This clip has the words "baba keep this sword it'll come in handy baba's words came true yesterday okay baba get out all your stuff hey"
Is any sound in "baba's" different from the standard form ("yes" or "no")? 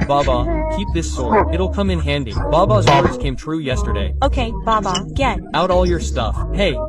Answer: no